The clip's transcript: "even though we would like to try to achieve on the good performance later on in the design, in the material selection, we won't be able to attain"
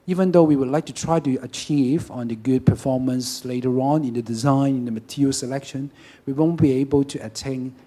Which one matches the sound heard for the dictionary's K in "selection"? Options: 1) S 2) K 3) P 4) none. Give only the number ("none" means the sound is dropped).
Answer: 2